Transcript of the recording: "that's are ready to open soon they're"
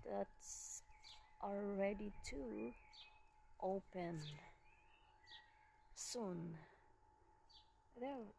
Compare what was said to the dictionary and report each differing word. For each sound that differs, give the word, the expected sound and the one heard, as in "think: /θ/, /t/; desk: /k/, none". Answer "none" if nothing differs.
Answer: are: /ɹ/, /l/